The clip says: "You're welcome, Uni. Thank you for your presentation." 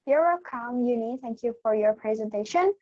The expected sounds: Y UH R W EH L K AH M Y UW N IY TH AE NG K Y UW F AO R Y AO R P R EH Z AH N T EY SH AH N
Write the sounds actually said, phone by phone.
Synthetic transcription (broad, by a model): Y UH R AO K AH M Y UW N IY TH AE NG K Y UW F AO R Y AO R P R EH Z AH N T EY SH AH N